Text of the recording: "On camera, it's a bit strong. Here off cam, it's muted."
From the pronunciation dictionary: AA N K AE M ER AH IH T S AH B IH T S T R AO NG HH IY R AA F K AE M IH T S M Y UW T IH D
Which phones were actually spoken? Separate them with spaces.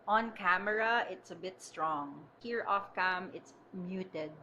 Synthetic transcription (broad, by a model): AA N K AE M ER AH IH T S AH B IH T S T R AO NG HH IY R AA F K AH M IH T S M Y UW T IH D